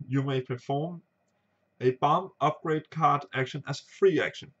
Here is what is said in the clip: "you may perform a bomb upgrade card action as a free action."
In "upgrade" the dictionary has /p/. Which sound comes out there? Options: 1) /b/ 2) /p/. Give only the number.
2